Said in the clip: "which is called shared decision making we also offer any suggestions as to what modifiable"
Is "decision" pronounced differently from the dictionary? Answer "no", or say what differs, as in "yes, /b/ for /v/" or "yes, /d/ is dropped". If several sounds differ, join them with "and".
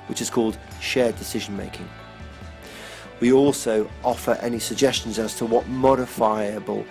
no